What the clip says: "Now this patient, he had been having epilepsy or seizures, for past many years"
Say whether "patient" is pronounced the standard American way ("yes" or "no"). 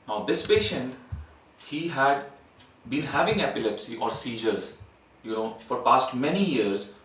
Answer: yes